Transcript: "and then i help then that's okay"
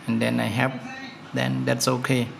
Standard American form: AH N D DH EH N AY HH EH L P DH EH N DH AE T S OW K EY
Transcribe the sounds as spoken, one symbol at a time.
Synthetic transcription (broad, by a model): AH N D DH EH N AY HH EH P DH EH N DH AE T S OW K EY